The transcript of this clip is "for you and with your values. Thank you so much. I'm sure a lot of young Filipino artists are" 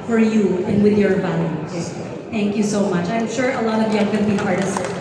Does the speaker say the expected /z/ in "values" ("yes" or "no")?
no